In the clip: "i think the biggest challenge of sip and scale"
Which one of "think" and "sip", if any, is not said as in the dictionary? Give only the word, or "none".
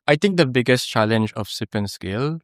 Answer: think